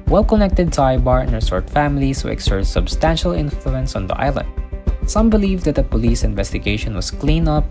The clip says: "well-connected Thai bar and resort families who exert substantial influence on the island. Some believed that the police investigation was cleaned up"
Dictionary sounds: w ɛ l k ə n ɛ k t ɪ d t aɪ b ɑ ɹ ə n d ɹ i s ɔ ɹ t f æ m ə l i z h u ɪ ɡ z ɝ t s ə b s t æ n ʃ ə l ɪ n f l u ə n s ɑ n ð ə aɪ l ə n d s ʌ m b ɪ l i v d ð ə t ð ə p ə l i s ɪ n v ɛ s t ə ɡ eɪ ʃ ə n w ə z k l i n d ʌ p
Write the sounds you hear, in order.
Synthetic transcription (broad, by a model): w ɛ l k ə n ɛ k t ɪ d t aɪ b ɑ ɹ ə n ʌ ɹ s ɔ ɹ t f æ m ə l i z h u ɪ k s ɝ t s ə b s t æ n ʃ ə l ɪ n f l u ə n s ɑ n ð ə aɪ l ə n d s ʌ m b ɪ l i v d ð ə t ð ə p ə l i s ɪ n v ɛ s t ə ɡ eɪ ʃ ə n w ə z k l i n ʌ p